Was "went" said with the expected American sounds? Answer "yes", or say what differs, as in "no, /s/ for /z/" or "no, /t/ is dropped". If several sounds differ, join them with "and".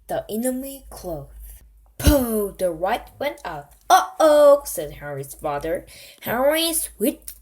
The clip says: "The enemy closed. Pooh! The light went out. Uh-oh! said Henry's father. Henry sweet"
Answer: yes